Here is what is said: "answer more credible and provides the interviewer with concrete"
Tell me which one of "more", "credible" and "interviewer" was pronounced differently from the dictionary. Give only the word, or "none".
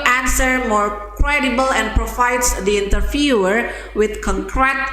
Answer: interviewer